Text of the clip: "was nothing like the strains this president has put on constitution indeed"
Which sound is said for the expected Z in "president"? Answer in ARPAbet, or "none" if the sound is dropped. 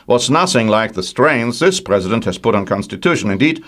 Z